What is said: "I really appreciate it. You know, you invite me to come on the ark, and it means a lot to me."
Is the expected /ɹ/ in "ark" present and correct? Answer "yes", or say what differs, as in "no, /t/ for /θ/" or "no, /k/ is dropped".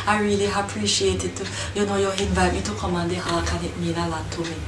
no, /l/ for /ɹ/